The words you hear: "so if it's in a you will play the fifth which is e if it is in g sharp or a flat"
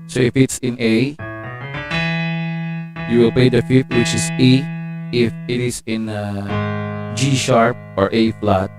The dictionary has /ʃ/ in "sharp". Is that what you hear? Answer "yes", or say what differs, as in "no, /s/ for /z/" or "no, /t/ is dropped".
yes